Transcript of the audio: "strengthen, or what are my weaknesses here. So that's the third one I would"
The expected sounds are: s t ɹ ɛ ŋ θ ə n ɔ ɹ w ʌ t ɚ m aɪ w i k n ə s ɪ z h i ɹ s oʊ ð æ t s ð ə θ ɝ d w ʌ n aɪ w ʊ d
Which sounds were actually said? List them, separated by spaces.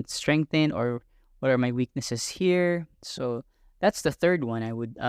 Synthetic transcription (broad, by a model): s t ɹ ɛ ŋ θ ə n ɔ ɹ w ʌ t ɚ m aɪ w i k n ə s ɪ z h i ɹ s oʊ ð æ t s ð ə θ ɝ d w ʌ n aɪ w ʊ d